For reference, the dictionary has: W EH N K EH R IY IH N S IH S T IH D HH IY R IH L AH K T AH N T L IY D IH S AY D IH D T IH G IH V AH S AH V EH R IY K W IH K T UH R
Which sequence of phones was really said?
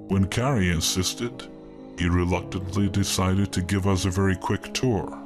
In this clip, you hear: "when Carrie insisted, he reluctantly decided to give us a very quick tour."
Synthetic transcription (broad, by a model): W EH N K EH R IY IH N S IH S T IH D HH IY R IH L AH K T AH N T L IY D IH S AY D IH D T IH G IH V AH S AH V EH R IY K W IH K T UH R